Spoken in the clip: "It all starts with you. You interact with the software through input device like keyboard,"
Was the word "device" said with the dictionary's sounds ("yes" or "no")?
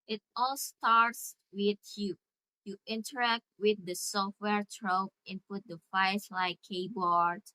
no